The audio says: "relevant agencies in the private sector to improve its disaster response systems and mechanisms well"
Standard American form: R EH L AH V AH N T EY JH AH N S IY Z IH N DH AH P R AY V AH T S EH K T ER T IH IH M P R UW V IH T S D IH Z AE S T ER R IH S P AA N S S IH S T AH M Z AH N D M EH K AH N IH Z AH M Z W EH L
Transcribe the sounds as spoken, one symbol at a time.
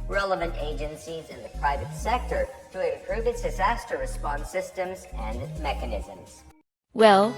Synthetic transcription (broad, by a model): R EH L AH V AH N T EY JH AH N S IY Z IH N DH AH P R AY V AH T S EH K T ER T IH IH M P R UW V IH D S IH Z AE S T ER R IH S P AA N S S IH S T AH M Z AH N M EH K AH N IH Z AH M Z W EH L